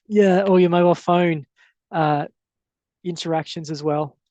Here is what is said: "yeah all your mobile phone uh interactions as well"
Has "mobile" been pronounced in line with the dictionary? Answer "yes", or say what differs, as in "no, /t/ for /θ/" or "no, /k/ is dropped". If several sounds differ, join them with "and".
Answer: no, /b/ is dropped